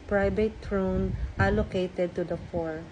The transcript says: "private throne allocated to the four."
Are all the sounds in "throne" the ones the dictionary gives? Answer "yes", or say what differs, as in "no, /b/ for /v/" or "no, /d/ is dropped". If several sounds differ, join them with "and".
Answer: no, /t/ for /θ/